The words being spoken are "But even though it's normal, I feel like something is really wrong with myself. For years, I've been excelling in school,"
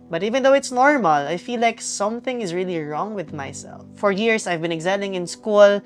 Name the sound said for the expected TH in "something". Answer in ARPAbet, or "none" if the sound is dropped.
TH